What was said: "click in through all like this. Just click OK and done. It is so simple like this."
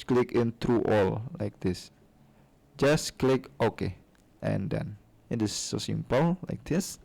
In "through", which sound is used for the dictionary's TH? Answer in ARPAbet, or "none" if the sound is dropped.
T